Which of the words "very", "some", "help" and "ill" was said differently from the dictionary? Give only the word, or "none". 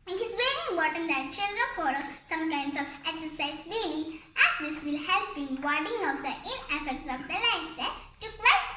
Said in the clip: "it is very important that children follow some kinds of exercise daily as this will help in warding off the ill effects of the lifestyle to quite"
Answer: ill